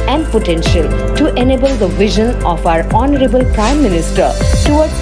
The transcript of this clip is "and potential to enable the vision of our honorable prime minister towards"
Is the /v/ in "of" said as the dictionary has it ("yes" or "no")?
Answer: no